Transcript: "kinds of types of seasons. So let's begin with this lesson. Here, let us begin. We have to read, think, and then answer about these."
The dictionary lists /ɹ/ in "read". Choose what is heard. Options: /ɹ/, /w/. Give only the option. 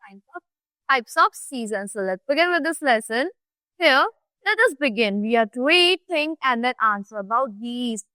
/w/